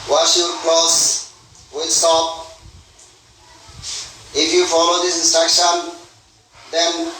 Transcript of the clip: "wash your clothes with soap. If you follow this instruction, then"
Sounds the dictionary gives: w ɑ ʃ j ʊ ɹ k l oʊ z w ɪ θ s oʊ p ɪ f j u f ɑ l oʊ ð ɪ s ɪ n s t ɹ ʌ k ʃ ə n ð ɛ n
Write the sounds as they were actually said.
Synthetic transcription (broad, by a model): w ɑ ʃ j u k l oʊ s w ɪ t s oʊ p ɪ f j u f ɑ l oʊ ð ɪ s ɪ n s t ɹ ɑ k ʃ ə n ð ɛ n